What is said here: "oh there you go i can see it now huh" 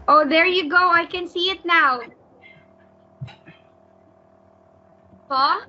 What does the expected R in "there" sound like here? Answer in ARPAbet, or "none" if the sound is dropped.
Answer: R